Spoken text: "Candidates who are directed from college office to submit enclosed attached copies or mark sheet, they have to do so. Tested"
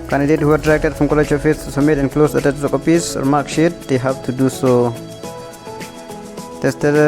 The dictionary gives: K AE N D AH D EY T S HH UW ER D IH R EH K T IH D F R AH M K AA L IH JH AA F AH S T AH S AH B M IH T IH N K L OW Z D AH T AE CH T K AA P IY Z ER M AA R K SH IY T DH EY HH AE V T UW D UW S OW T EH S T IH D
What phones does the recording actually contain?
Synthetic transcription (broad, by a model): K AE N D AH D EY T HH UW ER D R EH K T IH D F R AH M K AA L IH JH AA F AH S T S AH M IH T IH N K L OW S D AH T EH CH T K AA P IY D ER M AA R K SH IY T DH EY HH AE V T UW D UW S OW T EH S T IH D